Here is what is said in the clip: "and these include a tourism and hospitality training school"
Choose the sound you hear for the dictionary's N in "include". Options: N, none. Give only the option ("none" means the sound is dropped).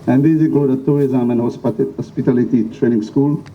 none